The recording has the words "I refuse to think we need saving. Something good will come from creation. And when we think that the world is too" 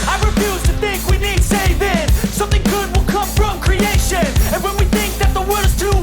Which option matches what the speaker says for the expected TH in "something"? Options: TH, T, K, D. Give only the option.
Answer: TH